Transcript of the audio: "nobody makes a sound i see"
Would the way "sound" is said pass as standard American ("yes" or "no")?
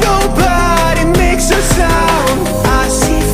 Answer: no